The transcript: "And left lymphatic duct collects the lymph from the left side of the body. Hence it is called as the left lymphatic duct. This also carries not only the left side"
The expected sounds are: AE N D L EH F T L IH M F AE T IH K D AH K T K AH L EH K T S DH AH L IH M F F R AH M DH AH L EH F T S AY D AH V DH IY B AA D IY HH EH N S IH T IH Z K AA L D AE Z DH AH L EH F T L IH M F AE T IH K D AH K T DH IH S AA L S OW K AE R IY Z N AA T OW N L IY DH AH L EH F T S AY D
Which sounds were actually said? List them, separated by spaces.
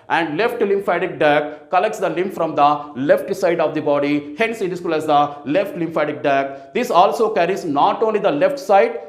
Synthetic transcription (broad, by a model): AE N D L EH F T L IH M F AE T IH K D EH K K AH L EH K T S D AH L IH M P F R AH M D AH L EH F T S AY D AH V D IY B AA D IY HH EH N S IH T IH S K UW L AE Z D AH L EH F T L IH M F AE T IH K D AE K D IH S AA L S OW K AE R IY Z N AA T OW N L IY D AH L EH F T S AY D